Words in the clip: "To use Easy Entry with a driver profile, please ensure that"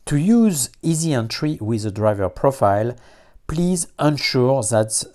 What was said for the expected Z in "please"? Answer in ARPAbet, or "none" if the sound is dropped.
Z